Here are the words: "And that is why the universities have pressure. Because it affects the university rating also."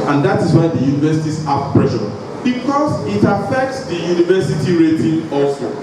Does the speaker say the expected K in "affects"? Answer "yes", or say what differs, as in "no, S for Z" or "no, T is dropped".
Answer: yes